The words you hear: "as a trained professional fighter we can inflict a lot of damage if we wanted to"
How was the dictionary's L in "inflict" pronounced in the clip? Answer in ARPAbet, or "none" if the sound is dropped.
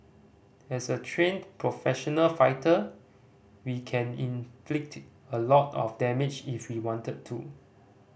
L